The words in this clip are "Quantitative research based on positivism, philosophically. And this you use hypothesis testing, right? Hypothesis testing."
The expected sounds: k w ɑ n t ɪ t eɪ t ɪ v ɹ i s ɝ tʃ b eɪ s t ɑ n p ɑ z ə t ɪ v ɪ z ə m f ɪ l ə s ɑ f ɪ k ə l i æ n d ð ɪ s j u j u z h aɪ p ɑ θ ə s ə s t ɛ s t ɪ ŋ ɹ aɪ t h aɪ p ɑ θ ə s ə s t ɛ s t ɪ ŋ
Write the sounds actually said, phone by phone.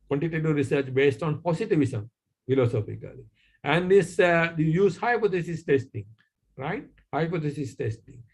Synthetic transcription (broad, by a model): k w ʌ n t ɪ t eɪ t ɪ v ɹ i s ɝ tʃ b eɪ s t ɑ n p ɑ s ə t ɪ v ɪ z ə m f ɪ l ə s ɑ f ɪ k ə l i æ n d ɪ s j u j u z h aɪ p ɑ t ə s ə s t ɛ s t ɪ ŋ ɹ aɪ t h aɪ p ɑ t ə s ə s t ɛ s t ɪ ŋ